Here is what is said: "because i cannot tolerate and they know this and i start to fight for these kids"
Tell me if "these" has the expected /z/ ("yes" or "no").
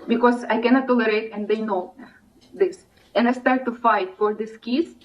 no